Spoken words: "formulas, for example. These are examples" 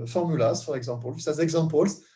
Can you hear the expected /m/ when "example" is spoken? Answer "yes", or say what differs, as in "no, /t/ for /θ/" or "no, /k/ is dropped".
no, /m/ is dropped